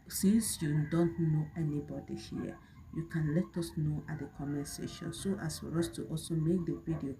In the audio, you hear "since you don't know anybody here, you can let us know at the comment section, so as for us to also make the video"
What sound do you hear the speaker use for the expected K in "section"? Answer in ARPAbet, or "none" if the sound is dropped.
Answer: none